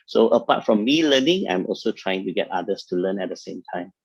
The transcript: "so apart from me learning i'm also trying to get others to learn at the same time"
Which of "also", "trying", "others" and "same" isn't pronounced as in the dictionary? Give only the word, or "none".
others